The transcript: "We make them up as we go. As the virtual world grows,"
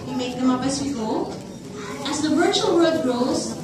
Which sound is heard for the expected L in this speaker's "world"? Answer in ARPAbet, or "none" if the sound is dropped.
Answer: none